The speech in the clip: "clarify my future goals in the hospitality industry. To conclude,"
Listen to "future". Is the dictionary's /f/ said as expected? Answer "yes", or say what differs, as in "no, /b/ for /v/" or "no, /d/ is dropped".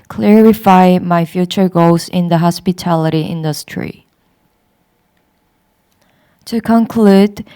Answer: yes